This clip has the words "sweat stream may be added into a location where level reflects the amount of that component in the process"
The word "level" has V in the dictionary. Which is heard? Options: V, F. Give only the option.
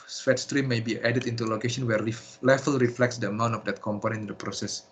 F